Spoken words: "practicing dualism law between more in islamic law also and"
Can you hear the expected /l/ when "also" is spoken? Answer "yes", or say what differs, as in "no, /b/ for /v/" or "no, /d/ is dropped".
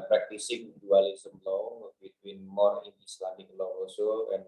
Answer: no, /l/ is dropped